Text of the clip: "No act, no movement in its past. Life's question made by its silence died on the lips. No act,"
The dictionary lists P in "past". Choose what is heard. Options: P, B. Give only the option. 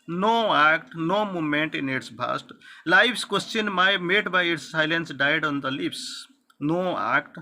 B